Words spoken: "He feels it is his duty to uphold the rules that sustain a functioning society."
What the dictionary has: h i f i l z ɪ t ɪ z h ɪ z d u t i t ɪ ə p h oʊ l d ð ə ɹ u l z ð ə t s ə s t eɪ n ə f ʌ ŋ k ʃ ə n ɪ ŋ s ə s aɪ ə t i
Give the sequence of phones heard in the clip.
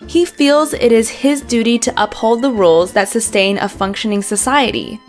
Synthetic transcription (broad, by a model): h i f i l z ɪ t ɪ z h ɪ z d u t i t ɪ ə p h oʊ l d ð ə ɹ u l z ð ə t s ə s t eɪ n ə f ʌ ŋ k ʃ ə n ɪ ŋ s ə s aɪ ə t i